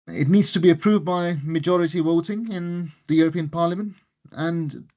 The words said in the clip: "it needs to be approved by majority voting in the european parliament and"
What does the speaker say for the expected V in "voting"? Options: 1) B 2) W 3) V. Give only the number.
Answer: 2